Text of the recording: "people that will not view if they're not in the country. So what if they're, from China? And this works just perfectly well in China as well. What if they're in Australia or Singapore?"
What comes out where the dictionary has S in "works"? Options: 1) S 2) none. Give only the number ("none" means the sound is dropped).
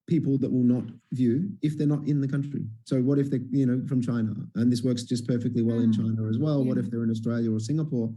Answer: 1